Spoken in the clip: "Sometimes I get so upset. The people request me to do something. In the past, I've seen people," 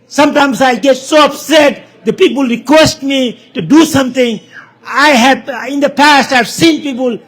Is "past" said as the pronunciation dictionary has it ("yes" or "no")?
yes